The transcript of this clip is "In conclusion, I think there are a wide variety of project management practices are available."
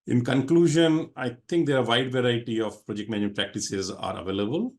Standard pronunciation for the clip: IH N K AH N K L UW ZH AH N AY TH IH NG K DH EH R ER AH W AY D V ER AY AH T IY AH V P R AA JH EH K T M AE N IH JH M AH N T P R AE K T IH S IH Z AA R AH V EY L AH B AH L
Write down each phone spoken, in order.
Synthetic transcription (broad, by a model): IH N K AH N K L UW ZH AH N AY T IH NG K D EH R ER AH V AY D V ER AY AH T IY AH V P R AA JH EH K T M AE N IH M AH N P R AE K T IH S IH Z AA R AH V EY L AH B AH L